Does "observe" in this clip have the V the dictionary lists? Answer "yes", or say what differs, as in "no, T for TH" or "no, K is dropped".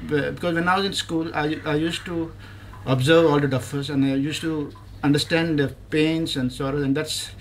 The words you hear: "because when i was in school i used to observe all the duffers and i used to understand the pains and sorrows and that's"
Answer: yes